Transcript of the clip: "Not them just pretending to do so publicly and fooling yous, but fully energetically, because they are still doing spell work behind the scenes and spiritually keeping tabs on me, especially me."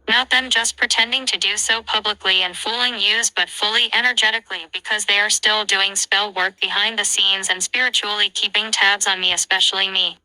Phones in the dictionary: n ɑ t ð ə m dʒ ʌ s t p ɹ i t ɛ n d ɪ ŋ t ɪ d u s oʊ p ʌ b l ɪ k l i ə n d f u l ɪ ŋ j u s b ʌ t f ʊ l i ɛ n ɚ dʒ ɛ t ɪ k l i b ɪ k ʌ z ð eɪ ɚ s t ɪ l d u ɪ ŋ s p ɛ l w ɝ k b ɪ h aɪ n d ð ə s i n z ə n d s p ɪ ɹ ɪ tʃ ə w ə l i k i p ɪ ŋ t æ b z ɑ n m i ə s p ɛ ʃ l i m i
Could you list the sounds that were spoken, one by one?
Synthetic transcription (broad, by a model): n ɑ t ð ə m dʒ ʌ s p ɹ i t ɛ n d ɪ ŋ t ɪ d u s oʊ p ʌ b l ɪ k l i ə n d f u l ɪ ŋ j u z b ʌ t f ʊ l i ɛ n ɚ dʒ ɛ t ɪ k l i b ɪ k ʌ z ð eɪ ɚ s t ɪ l d u ɪ ŋ s p ɛ l w ɝ k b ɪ h aɪ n ð ə s i n z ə n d s p ɪ ɹ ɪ tʃ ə l i k i p ɪ ŋ t æ b z n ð i ə s p ɛ ʃ l i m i